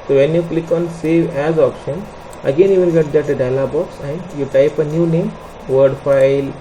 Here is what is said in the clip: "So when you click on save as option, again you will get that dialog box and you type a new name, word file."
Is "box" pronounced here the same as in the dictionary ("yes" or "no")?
yes